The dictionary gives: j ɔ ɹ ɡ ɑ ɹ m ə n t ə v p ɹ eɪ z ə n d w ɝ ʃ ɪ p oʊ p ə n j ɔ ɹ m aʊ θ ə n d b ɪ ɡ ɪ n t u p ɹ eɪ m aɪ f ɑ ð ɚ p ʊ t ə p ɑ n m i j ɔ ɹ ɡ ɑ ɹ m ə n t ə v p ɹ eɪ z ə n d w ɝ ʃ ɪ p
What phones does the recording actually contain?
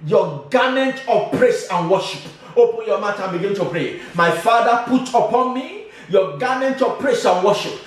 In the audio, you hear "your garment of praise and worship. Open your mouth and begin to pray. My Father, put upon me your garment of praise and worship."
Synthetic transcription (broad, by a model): j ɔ ɡ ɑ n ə n t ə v p ɹ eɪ s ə n w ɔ ʃ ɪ p oʊ p ə n j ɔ m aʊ t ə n b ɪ ɡ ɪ n t u p ɹ eɪ m aɪ f ɑ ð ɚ p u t ə p ɑ n m i j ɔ ɡ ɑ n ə n t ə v p ɹ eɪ s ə n w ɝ ʃ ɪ p